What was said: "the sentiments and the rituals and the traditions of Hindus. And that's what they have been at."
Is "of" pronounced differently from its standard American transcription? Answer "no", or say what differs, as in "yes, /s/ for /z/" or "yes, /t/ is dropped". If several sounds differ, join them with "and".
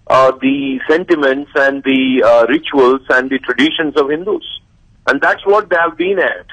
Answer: no